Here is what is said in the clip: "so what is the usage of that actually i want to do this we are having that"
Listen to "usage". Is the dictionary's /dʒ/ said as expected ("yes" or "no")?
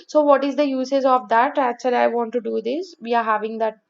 no